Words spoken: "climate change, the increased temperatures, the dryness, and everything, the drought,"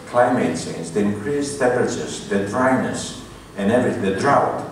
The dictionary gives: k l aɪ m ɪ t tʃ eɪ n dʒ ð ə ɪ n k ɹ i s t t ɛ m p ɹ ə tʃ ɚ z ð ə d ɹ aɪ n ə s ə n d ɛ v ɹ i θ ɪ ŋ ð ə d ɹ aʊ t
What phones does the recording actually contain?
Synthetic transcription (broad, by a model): k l aɪ m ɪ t s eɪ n z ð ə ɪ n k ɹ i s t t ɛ p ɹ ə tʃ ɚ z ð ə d ɹ aɪ n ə s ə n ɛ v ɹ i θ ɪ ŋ ð ə d ɹ aʊ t